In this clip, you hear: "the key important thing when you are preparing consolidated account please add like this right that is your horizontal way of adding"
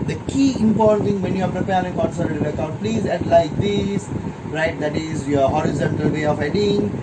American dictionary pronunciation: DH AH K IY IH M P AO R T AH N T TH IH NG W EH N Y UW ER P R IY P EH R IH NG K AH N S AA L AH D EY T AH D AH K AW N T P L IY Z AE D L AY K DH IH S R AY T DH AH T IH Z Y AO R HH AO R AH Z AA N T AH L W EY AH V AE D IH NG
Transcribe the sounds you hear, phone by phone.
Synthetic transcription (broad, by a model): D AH K IY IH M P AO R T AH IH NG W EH N Y UW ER P R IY P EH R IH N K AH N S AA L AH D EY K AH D P L IY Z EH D L AY K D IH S R AY T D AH T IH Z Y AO HH AO R AH Z AA N T AH L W EY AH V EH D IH NG